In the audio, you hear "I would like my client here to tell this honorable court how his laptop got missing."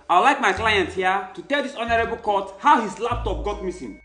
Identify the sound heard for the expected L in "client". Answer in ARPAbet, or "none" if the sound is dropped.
L